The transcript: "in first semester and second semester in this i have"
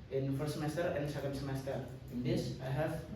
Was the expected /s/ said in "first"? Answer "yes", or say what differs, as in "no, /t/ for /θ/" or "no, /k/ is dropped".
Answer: no, /s/ is dropped